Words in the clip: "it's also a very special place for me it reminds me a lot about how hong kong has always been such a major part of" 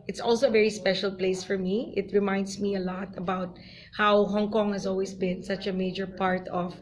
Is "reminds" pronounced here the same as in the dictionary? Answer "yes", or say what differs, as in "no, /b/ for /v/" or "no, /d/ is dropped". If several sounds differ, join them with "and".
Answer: no, /s/ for /z/